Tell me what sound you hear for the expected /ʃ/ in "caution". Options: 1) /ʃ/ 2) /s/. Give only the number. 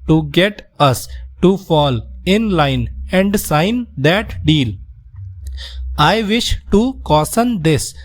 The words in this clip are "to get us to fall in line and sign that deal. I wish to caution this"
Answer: 2